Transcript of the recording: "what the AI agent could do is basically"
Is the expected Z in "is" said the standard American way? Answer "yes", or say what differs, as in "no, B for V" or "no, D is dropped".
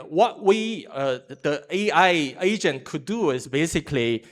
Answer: no, S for Z